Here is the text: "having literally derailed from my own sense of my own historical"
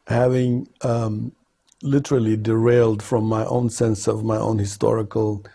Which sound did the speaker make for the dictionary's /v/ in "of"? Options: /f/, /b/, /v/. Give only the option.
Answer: /v/